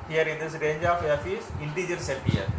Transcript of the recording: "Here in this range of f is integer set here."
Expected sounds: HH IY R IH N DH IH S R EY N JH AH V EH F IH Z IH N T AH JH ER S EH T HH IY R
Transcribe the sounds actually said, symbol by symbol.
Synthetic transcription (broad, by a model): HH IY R IH N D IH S R EY N JH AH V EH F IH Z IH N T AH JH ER S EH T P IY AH